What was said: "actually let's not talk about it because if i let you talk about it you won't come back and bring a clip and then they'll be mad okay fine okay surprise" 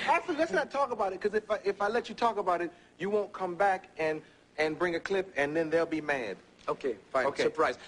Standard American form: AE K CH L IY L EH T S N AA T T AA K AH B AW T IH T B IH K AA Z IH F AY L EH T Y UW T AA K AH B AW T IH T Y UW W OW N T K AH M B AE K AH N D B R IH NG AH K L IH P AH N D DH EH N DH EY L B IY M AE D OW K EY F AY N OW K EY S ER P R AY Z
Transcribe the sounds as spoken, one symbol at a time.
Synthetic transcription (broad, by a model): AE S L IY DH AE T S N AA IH T AA K AH B AW T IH T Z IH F AA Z IH F AY L EH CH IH T AA K AH B AW T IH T Y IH W OW N K AH M B AE K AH N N B R IH NG AH K L IH P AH N DH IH N DH EY L B IY M AE D OW K EY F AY OW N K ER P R AY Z